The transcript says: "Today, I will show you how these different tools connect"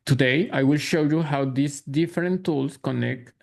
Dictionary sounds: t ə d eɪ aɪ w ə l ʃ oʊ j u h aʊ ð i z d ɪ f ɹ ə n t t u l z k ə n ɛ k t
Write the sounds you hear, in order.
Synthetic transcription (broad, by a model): t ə d eɪ aɪ w ə l ʃ oʊ j u h aʊ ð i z d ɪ f ɹ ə n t t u l s k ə n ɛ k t